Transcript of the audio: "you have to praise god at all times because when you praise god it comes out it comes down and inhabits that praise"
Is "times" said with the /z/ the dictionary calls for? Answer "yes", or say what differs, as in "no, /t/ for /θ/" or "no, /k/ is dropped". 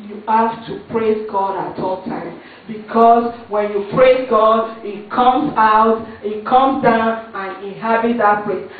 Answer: no, /z/ is dropped